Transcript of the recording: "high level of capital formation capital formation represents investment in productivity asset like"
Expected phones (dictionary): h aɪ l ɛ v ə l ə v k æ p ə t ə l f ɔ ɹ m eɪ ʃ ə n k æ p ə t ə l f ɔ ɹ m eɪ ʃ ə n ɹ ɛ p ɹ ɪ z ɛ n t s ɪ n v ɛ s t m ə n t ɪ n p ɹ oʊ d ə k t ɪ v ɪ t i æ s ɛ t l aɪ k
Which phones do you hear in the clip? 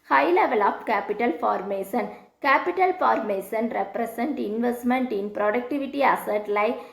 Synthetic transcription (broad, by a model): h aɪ l ɛ v ə l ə p k æ p ə t ə l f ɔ ɹ m eɪ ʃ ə n k æ p ə t ə l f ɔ ɹ m eɪ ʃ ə n ɹ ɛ p ɹ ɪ s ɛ n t ɪ n v ɛ s t m ə n t ɪ n p ɹ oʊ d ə k t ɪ v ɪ t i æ s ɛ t l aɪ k